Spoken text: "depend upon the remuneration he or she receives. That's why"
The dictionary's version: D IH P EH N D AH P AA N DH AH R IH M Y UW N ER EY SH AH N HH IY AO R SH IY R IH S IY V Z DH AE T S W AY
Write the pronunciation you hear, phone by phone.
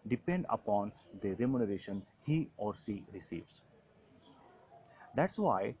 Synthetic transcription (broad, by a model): D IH P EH N D AH P AA N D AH R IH M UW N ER EY SH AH N HH IY AO R S IY R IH S IY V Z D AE T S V AY